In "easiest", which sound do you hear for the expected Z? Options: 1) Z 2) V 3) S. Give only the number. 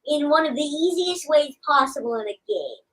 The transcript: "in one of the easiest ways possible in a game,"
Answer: 1